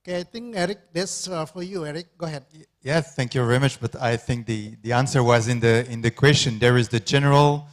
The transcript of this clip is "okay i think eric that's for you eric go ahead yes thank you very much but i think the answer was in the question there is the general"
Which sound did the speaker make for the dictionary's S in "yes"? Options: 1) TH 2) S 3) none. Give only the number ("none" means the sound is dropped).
3